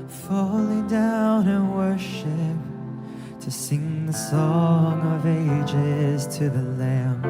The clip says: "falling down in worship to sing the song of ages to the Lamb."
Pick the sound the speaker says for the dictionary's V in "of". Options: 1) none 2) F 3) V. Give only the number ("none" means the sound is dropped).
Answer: 3